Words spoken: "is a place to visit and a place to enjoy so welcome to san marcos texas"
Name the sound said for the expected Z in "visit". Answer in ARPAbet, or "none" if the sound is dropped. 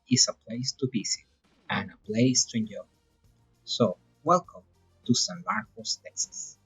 S